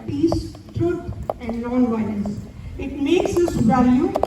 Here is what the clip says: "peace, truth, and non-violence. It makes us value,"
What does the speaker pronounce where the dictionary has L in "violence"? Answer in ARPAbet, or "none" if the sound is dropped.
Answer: N